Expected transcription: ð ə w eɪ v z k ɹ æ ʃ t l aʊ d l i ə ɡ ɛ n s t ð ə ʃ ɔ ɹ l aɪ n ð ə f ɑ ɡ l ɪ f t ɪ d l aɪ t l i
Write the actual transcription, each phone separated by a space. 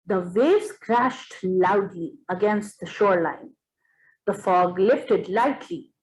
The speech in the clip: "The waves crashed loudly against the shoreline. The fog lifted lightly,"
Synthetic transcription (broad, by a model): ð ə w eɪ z k ɹ æ ʃ t l aʊ d l i ə ɡ ɛ n s t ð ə ʃ ɔ ɹ l aɪ n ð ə f ɑ ɡ l ɪ f t ɪ d l aɪ t l i